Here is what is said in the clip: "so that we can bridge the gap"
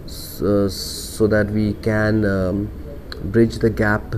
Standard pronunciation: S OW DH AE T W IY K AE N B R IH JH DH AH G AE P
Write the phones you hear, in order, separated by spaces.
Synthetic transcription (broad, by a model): S OW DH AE T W IY K AE N B R IH JH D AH G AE P